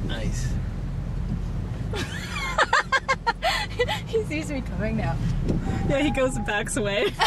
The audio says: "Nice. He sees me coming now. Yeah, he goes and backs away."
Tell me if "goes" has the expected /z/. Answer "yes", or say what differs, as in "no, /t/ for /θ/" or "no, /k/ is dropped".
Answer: no, /z/ is dropped